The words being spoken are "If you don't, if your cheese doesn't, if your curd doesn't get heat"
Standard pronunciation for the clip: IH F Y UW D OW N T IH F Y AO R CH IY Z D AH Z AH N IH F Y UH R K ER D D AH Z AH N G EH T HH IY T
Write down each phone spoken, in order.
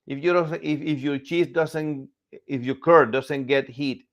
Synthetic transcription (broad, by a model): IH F Y UW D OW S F IH F Y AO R CH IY S D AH S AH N IH F Y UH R K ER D D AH S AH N G EH T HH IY T